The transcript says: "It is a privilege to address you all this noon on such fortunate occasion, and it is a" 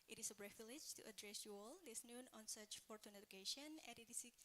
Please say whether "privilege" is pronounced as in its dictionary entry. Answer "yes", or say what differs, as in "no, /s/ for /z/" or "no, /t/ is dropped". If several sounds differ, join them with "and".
no, /b/ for /p/